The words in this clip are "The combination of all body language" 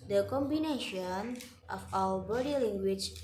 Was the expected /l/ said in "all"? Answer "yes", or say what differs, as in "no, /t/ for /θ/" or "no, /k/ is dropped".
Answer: no, /w/ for /l/